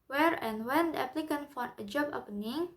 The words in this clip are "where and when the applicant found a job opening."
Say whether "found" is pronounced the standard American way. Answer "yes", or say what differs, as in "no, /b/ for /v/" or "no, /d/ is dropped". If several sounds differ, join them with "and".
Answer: no, /d/ is dropped